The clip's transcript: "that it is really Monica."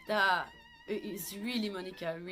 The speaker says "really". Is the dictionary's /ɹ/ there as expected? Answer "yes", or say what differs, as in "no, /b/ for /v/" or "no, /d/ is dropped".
yes